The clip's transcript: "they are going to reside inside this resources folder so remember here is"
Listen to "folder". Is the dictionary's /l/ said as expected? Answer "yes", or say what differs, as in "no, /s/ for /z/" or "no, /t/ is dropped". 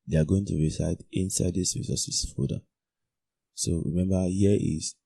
no, /l/ is dropped